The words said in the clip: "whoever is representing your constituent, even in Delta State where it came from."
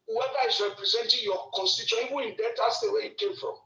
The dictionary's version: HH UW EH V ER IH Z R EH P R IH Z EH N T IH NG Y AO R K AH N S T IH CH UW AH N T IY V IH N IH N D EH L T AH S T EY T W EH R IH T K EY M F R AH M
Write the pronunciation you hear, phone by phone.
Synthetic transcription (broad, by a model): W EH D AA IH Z R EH P R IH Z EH N T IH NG Y AO K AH N S T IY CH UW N IY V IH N IH N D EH T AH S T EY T W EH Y IH T K EY M F R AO M